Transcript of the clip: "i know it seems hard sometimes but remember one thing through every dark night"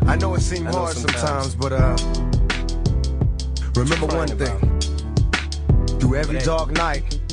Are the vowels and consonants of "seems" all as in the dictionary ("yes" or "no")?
no